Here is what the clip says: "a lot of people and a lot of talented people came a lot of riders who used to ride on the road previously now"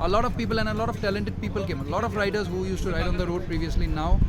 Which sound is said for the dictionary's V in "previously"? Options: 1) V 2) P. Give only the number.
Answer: 1